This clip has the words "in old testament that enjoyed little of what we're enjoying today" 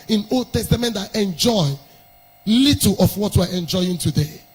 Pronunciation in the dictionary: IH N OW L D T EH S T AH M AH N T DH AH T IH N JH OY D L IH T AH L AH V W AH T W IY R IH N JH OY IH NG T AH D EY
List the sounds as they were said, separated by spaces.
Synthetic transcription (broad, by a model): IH N OW L D T EH S T AH M AH N T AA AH T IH N JH OY L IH T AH L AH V W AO T W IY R IH N JH OY IH NG T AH D EY